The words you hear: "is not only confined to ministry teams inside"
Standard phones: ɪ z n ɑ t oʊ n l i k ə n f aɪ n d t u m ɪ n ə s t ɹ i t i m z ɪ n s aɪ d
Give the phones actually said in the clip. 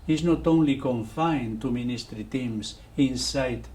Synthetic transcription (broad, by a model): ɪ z n ɑ t oʊ n l i k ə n f aɪ n t u m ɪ n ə s t ɹ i t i m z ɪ n s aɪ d